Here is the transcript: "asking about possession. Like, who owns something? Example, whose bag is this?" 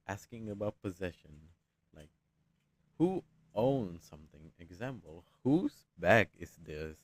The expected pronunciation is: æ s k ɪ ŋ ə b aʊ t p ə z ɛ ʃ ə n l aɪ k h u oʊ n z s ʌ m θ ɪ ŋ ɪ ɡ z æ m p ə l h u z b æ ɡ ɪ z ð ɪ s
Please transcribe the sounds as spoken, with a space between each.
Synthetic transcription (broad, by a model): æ s k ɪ ŋ ə b aʊ t p ə z ɛ ʃ ə n l aɪ k h u oʊ n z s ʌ m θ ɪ ŋ ɪ ɡ z æ m p ə l h u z b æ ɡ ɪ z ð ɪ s